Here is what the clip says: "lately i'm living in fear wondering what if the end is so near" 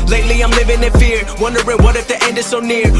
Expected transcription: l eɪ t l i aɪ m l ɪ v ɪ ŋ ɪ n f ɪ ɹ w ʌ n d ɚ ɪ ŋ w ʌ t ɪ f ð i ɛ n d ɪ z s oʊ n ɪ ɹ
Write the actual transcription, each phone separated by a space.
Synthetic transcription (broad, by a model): l eɪ t l i aɪ m l ɪ v ɪ ŋ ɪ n f ɪ ɹ w ʌ n d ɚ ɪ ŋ w ʌ t ɪ f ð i ɛ n d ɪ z s oʊ n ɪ ɹ